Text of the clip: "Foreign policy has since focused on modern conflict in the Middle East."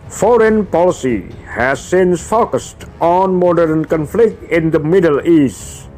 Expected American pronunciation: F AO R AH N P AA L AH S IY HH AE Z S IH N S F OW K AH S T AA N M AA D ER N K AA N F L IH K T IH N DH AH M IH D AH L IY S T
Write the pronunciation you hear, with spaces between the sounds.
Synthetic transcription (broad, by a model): F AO R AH N P AA L AH S IY HH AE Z S IH N S F OW K AH S T AA N M AA D ER N K AA N F L IH K T IH N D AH M IH D AH L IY S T